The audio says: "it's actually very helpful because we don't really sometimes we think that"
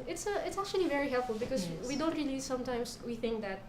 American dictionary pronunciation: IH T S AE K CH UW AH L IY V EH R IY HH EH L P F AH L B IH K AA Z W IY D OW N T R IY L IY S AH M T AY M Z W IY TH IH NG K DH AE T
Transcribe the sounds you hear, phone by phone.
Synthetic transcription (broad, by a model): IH T S AE K CH UW AH L IY V EH R IY HH EH L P F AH L B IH K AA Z W IY D OW N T R IY L IY S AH M T AY M S W IY TH IH NG K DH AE T